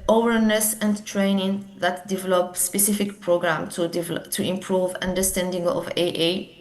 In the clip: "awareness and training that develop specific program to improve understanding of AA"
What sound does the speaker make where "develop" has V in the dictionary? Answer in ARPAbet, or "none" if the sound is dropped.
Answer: V